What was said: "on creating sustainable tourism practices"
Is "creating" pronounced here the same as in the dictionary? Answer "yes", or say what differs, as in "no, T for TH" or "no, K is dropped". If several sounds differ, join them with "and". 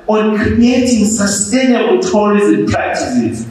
no, R is dropped